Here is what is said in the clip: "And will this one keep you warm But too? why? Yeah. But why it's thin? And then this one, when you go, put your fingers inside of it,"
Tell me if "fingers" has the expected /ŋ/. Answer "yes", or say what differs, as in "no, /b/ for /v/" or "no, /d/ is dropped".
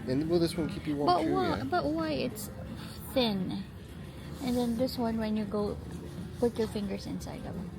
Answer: yes